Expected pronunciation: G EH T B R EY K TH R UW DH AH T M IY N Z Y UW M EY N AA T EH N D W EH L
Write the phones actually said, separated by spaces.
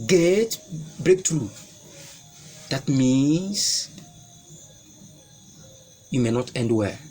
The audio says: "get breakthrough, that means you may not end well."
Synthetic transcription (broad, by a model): G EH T B R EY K T R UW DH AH T M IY N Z Y UW M EY N AA T EH N D W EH